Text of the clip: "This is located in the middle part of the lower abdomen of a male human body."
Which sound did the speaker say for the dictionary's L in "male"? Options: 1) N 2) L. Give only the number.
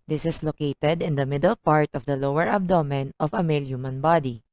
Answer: 2